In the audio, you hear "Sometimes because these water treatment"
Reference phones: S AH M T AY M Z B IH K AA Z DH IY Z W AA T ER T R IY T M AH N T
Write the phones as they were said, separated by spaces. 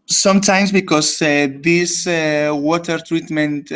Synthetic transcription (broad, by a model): S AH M T AY M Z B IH K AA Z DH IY S W AA T ER T R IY T M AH N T